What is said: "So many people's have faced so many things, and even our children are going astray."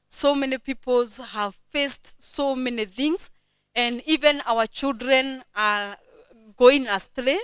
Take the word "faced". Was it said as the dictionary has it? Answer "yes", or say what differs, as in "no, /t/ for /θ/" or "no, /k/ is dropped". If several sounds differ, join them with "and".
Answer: yes